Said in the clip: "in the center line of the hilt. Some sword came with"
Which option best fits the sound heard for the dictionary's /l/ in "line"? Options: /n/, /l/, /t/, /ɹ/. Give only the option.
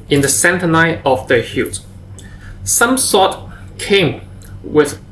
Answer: /n/